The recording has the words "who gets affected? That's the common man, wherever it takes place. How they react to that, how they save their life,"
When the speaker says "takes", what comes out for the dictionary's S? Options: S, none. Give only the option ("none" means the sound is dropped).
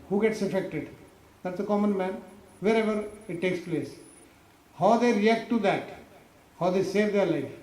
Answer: S